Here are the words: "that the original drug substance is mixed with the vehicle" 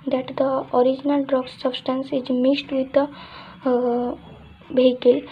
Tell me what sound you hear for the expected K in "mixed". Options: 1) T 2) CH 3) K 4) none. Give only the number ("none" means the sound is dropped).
4